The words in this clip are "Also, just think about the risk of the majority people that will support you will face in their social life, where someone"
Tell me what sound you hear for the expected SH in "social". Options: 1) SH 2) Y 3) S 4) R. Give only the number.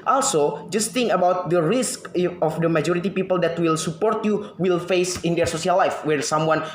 3